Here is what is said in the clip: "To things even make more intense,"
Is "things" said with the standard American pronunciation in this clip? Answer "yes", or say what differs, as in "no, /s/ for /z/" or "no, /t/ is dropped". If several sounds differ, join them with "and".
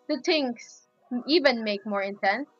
no, /t/ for /θ/ and /s/ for /z/